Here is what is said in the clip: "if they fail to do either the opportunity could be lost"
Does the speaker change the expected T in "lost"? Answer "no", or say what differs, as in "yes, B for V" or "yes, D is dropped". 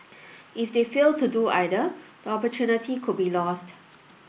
no